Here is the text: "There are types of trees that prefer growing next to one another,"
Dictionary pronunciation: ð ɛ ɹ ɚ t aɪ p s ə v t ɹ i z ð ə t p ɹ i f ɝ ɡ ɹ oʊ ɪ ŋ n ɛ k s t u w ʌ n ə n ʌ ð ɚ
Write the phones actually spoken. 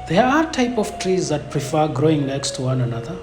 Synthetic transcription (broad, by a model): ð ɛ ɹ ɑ t aɪ p ə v t ɹ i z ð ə t p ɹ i f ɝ ɡ ɹ oʊ ɪ ŋ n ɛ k s t u w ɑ n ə n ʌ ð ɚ